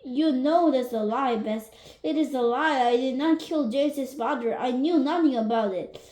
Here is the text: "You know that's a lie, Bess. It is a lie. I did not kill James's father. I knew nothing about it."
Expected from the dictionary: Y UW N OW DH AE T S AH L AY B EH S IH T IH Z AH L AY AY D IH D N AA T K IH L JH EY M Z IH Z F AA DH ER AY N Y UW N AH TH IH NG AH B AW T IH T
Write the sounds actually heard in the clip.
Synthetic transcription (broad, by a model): Y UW N OW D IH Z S AH L AY B EH S IH T IH Z AH L AY AY D IH D N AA T K IH L JH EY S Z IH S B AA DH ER AY N Y UW N AH TH IH NG AH B AW T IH T